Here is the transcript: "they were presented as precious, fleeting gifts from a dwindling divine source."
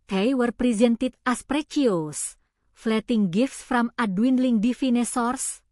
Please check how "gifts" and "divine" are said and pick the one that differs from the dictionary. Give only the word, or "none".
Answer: divine